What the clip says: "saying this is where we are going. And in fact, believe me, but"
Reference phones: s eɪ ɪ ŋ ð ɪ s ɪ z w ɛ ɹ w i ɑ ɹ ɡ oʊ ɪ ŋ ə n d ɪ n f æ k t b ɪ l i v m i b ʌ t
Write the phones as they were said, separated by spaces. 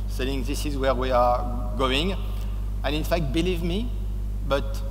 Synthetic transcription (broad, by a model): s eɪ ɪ ŋ ð ɪ s ɪ z w ɛ ɹ w i ɑ ɹ ɡ oʊ ɪ ŋ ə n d ɪ n f æ k t b ɪ l i v m i b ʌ t